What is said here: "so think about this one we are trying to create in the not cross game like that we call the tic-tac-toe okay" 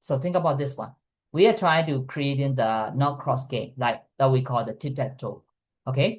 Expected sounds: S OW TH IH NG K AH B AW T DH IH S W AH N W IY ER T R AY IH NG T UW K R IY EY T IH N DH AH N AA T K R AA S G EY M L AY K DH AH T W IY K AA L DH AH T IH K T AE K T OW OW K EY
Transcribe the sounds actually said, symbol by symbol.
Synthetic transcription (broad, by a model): S OW T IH NG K AH B AW T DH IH S W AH N W IY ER T R AY IH NG T UW K R IY EY T IH N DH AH N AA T K R AA S G EY M L AY K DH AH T W IY K AA L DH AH T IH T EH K T OW OW K EY